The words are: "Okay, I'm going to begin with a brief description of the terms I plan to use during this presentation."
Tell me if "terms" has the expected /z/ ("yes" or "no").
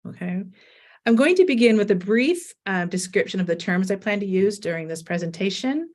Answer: yes